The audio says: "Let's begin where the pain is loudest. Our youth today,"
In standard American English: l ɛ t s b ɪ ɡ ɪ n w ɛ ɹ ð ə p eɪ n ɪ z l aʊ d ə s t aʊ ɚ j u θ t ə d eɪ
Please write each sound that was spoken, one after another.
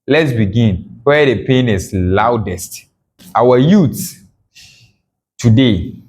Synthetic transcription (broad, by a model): l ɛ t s b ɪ ɡ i n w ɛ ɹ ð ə p eɪ n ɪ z l aʊ d ə s t aʊ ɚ j u s t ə d eɪ